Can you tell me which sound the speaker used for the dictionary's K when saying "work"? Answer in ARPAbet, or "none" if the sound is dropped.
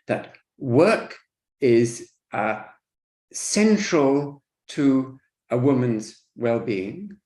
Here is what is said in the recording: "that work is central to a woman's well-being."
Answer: K